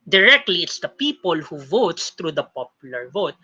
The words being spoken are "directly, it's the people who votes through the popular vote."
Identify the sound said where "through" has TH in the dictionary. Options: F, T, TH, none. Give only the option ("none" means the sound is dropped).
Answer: T